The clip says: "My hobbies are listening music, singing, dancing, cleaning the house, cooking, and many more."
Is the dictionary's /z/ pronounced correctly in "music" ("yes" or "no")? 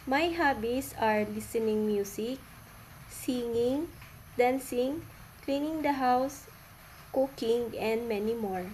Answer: no